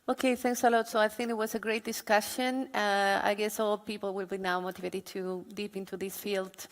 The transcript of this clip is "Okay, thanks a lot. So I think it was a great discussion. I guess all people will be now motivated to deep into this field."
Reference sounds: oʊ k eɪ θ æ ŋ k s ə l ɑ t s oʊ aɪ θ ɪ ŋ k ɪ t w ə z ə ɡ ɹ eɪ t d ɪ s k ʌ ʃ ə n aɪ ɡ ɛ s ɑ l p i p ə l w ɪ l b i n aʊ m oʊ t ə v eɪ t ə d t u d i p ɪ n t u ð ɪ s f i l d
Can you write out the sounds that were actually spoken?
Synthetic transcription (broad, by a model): oʊ k eɪ θ æ ŋ k s ə l ɑ t s oʊ aɪ θ ɪ ŋ k ɪ t w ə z ə ɡ ɹ eɪ t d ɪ s k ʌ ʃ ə n aɪ ɡ ɛ s ɑ l p i p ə l w ɪ l b i n aʊ m oʊ t ə v eɪ t ə d t u d i p ɪ n t u ð ɪ s f i l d